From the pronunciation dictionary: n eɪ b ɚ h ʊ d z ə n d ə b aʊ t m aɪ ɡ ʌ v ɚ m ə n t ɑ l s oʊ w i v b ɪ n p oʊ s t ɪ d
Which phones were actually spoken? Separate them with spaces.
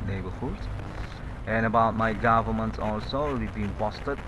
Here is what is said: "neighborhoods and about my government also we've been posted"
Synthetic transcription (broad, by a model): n eɪ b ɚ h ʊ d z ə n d ə b aʊ t m aɪ ɡ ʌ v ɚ m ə n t ɑ l s oʊ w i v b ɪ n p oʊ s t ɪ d